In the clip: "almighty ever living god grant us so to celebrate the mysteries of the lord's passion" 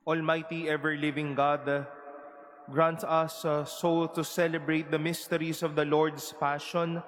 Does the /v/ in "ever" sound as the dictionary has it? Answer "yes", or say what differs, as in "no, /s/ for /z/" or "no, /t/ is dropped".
yes